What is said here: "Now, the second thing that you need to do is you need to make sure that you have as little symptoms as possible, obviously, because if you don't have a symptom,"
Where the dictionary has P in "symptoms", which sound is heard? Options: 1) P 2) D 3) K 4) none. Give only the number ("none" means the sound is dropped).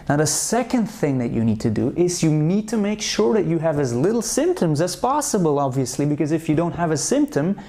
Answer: 1